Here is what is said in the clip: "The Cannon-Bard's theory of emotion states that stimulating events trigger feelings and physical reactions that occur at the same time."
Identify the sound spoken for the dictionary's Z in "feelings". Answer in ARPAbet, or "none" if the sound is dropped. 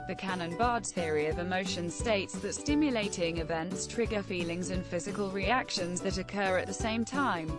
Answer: Z